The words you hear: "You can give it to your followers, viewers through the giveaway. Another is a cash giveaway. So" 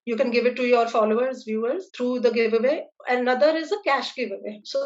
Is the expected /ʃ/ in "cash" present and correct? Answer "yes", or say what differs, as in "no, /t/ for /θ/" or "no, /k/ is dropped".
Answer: yes